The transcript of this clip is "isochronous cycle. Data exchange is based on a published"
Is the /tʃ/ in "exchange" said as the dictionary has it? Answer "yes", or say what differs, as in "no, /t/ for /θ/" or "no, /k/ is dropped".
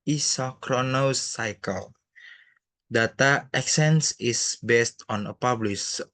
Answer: no, /tʃ/ is dropped